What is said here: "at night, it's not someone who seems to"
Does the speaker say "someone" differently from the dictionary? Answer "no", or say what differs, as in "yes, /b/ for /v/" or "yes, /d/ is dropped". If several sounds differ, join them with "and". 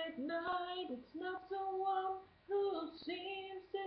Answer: yes, /m/ is dropped